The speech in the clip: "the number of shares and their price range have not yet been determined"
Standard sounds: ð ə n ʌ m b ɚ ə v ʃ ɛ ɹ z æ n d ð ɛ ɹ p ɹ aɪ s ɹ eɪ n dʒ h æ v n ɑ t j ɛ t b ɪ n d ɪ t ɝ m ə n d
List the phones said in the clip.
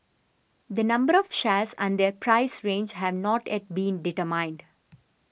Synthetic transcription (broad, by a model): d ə n ʌ m b ɚ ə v ʃ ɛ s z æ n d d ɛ ɹ p ɹ aɪ s ɹ eɪ n dʒ h æ v n ɑ t j ɛ t b ɪ n d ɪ t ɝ m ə n d